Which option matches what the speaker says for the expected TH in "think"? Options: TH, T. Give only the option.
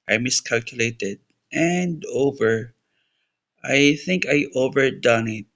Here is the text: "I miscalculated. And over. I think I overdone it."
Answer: TH